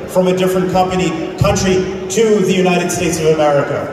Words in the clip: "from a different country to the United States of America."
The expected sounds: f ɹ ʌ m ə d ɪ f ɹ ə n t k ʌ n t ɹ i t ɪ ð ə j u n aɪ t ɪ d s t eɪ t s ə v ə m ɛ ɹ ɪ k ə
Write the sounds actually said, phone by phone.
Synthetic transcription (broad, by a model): f ɹ ʌ m ə d ɪ f ɹ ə n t k ʌ n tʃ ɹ i t ɪ ð ə j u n aɪ t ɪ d s t eɪ t s ə v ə m ɛ ɹ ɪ k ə